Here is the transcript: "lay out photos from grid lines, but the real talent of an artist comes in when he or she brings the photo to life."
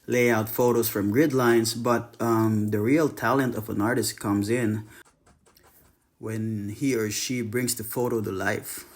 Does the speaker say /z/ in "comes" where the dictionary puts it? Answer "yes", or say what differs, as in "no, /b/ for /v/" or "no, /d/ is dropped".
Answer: yes